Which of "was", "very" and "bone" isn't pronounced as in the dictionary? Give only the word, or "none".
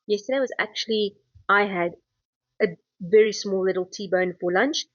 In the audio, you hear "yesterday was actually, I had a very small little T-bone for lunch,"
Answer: none